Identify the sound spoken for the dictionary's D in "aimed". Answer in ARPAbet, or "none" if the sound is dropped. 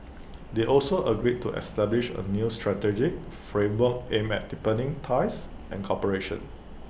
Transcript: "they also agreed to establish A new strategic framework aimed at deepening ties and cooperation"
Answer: none